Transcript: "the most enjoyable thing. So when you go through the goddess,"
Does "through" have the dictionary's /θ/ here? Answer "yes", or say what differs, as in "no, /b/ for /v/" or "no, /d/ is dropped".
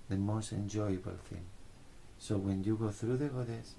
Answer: yes